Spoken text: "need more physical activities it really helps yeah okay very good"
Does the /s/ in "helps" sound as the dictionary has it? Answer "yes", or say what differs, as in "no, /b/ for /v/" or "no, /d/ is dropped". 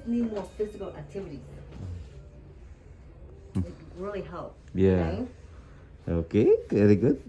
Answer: no, /s/ is dropped